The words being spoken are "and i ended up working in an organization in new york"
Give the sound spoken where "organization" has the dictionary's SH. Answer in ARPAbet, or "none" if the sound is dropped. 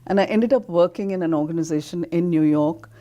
SH